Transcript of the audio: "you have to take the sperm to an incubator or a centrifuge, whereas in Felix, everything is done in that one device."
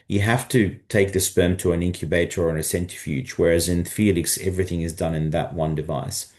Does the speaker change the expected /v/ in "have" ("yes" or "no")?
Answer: yes